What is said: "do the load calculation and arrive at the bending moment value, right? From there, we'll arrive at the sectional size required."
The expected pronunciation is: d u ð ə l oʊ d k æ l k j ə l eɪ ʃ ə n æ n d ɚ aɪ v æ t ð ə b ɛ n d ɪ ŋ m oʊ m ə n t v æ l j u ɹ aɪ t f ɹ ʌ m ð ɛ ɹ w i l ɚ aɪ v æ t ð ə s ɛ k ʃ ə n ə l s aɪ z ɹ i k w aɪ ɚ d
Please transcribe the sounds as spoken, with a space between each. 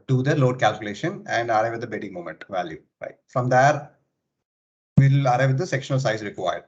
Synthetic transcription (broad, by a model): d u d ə l oʊ d k æ l k j ə l eɪ ʃ ə n æ n d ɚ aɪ v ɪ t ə b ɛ d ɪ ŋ m oʊ m ə n t v æ l j u ɹ aɪ t f ɹ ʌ m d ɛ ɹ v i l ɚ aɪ v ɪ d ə s ɛ k ʃ ə n ə l s aɪ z ɹ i k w aɪ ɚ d